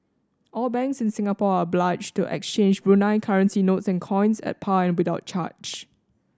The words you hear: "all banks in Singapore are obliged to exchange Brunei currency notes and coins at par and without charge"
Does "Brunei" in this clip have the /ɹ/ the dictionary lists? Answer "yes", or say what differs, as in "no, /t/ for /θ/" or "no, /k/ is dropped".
yes